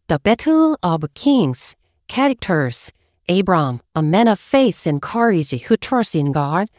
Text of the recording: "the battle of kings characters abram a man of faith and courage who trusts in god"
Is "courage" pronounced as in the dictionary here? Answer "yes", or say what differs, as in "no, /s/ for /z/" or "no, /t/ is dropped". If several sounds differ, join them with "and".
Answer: no, /z/ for /dʒ/